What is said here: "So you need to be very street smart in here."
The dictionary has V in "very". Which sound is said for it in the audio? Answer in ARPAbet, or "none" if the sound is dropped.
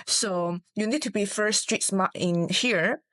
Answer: F